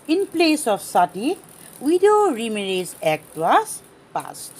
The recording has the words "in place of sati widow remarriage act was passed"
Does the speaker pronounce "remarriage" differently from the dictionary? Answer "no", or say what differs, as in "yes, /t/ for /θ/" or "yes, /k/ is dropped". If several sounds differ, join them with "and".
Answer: yes, /z/ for /dʒ/